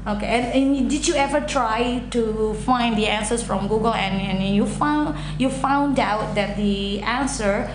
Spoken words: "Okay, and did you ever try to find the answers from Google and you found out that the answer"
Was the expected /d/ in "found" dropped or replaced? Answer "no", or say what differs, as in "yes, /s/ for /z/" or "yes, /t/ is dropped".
no